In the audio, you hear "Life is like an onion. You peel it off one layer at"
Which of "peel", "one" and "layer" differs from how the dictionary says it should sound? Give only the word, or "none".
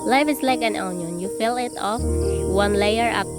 peel